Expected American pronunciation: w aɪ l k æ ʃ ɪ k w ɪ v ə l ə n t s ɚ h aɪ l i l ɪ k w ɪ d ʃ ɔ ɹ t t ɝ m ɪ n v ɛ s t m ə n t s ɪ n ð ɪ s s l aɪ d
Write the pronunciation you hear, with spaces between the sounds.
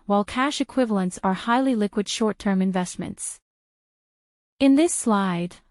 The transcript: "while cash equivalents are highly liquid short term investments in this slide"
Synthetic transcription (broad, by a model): w aɪ l k æ ʃ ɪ k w ɪ v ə l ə n t s ɚ h aɪ l i l ɪ k w ɪ d ʃ ɔ ɹ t t ɝ m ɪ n v ɛ s t m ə n t s ɪ n ð ɪ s s l aɪ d